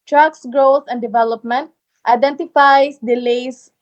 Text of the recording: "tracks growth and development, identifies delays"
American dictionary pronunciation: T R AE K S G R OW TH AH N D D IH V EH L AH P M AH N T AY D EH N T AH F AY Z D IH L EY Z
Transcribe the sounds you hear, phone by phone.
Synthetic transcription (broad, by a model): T R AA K S G R OW T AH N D D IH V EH L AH P M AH N T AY D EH N T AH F AY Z D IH L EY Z